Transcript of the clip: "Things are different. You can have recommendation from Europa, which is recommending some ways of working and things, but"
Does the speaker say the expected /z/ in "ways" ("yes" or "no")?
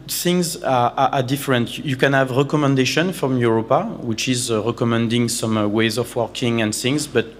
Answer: yes